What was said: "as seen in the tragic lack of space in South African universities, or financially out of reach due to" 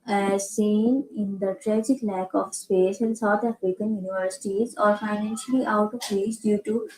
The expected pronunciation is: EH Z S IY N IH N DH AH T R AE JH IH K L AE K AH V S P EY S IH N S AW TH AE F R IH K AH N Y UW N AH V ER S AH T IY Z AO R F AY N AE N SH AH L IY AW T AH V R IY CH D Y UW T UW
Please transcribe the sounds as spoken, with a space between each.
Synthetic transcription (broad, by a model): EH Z S IY N IH N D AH T R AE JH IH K L AE K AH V S P EY SH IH L S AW T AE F R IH K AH N Y UW N AH V ER S AH T IY Z AO R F AY N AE N SH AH L IY AW T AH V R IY S D Y UW T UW